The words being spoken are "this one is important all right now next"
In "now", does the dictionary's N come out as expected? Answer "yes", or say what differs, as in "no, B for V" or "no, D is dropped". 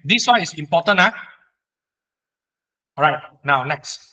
yes